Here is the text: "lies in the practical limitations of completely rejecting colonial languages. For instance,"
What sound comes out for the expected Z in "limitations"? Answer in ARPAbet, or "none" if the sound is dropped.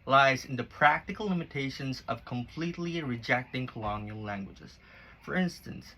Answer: Z